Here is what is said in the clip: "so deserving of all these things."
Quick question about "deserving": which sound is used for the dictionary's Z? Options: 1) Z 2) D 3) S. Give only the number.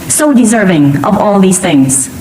1